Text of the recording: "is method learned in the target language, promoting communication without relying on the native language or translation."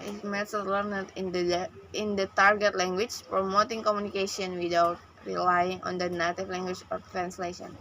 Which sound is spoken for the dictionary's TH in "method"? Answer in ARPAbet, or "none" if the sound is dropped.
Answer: S